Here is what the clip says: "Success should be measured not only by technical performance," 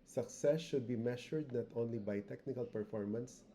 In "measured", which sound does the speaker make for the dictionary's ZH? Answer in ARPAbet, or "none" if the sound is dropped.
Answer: SH